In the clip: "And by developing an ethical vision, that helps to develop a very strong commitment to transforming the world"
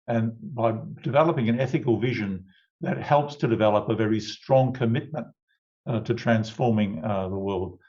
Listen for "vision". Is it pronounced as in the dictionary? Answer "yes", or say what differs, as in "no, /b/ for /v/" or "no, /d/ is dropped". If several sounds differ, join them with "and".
yes